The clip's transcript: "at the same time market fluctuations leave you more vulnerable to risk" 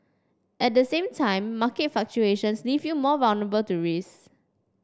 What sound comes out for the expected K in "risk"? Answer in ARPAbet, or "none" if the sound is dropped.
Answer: none